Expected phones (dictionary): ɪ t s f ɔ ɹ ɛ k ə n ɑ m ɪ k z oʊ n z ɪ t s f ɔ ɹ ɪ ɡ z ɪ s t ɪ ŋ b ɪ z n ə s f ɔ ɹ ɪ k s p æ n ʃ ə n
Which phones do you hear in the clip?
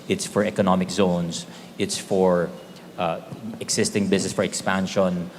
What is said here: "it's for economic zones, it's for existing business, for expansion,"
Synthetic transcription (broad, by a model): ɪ t s f ɔ ɹ ɛ k ə n ɑ m ɪ k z oʊ n s ɪ t s f ɔ ɹ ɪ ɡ s ɪ s t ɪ ŋ b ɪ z n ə s f ɔ ɹ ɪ k s p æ n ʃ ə n